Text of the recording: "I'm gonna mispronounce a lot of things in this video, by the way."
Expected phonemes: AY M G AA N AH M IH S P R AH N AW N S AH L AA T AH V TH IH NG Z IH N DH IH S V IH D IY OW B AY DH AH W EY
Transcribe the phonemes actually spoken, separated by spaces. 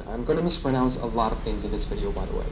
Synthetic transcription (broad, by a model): AY M G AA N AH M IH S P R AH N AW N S AH L AA T AH V TH IH NG Z IH N DH IH S V IH D IY OW B AY DH AH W EY